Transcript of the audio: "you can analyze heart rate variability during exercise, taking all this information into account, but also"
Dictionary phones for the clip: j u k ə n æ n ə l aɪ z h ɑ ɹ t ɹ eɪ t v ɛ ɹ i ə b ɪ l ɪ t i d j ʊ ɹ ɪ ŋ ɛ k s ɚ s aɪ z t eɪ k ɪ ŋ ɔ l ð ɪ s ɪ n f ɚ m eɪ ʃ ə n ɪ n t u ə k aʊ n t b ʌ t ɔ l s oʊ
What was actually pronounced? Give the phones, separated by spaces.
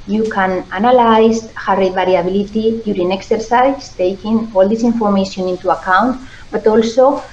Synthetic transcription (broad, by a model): j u k ə n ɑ n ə l aɪ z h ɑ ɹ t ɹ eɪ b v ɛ ɹ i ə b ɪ l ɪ t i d j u ɹ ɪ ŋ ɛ k s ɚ s aɪ s t eɪ k ɪ ŋ ɔ l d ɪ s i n f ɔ m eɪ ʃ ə n ɪ n t u ə k aʊ n t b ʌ t ɔ l s oʊ